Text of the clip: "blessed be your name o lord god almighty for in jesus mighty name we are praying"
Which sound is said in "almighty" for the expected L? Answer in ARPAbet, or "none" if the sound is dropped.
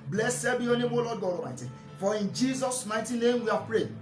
none